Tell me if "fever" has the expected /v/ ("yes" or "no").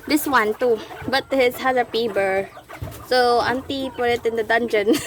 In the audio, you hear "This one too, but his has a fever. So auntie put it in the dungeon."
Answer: no